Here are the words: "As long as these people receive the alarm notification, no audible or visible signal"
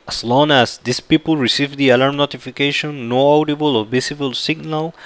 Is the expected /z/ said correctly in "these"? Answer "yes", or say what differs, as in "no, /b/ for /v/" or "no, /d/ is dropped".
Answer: no, /s/ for /z/